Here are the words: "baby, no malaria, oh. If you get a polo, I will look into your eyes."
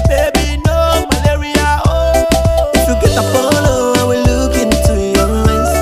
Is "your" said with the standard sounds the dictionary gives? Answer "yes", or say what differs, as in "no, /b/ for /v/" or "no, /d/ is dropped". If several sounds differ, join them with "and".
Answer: no, /l/ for /ɹ/